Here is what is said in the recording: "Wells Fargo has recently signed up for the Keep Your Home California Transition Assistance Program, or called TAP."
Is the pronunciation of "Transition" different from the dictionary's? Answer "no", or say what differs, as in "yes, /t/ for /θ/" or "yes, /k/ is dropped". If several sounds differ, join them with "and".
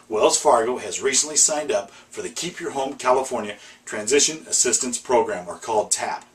no